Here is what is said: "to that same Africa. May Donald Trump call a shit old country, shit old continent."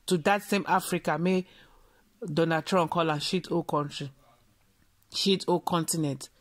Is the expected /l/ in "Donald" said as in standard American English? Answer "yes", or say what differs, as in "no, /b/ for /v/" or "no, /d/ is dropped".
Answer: no, /l/ is dropped